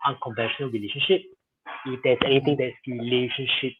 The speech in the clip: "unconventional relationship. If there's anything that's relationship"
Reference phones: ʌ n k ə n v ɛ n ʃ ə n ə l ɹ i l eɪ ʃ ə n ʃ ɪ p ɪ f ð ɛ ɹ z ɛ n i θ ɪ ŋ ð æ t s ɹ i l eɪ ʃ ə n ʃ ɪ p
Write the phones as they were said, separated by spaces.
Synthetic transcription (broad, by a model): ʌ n k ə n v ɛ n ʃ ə n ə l ɹ i l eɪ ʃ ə n ʃ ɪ p ɪ f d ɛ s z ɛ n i t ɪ ŋ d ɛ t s ɹ i l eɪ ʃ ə n ʃ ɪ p